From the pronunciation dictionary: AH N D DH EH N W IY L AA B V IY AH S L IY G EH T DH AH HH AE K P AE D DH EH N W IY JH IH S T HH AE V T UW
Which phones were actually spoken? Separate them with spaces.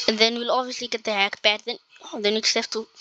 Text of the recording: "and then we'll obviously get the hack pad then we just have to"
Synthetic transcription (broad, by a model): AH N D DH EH N W IY L AA B V IY AH S L IY G EH T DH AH HH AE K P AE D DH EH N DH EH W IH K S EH P T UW